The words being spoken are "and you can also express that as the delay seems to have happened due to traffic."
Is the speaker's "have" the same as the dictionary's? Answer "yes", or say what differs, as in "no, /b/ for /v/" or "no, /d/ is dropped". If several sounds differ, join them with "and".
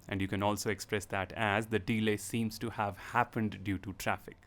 yes